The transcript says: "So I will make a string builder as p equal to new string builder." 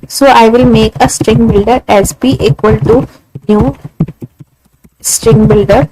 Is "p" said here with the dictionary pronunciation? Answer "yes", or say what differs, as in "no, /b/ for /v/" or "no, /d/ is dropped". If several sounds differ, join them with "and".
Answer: no, /b/ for /p/